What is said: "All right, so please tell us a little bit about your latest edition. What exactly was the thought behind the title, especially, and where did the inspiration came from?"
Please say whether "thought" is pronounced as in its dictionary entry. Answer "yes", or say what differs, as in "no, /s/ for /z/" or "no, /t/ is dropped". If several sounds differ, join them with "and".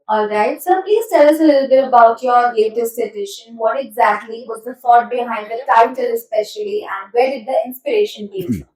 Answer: no, /f/ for /θ/